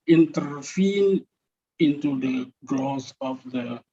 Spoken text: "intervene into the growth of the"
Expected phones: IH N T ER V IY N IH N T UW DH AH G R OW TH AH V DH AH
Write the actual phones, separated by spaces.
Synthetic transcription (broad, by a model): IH N T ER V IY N IH N T UW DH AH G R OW S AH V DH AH